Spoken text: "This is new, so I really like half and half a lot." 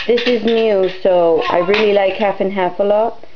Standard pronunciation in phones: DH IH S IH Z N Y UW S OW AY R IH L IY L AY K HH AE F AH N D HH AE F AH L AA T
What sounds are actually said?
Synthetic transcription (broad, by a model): DH IH S IH Z N Y UW S OW AY R IH L IY L AY K HH AE F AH N HH AE F AH L AA T